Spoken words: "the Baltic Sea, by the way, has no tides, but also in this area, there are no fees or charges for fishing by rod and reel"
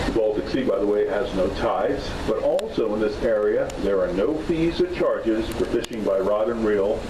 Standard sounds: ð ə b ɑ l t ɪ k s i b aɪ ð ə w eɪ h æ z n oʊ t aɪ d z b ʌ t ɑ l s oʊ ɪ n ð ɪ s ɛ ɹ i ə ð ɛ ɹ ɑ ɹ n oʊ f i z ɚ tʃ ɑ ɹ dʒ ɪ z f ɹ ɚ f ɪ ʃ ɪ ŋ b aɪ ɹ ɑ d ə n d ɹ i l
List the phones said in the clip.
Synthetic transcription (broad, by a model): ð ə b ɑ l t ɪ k s i b aɪ ð ə w eɪ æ z n oʊ t aɪ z b ʌ t ɑ l s oʊ ɪ n ð ɪ s ɛ ɹ i ə ð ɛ ɹ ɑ ɹ n oʊ f i z ɚ tʃ ɑ ɹ dʒ ɪ z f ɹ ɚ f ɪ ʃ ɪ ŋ b aɪ ɹ ɑ d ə n ɹ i l